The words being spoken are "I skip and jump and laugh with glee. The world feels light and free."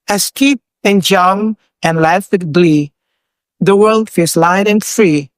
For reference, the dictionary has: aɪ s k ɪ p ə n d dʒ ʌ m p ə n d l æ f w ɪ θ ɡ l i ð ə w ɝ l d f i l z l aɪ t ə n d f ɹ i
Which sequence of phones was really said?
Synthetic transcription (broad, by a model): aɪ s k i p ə n dʒ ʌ m ə n l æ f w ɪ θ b l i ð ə w ɝ l d f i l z l aɪ t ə n f ɹ i